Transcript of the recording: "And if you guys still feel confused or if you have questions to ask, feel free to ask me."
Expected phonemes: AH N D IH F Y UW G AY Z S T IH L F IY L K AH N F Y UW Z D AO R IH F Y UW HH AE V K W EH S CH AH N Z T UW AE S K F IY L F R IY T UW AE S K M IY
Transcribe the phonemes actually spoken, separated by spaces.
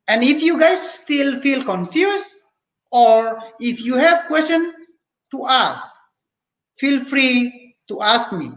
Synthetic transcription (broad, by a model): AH N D IH F Y UW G AY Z S T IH L F IY L K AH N F Y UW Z AO R IH F Y UW HH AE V K W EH S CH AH N T UW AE S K F IY L F R IY T UW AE S K M IY